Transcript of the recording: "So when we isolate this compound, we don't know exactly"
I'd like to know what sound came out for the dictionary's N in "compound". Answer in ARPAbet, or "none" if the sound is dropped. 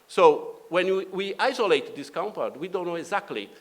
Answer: none